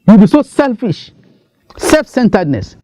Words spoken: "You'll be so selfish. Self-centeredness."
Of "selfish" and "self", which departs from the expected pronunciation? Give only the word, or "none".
none